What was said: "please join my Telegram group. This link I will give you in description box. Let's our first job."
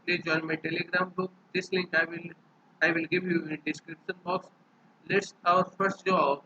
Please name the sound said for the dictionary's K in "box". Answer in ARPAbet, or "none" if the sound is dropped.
K